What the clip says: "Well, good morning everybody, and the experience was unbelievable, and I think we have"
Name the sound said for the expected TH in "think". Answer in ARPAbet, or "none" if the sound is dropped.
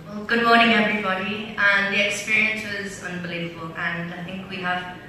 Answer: TH